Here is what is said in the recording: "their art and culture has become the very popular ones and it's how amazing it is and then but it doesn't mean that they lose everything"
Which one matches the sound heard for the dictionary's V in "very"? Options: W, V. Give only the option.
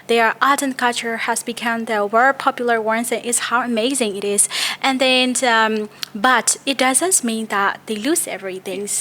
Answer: W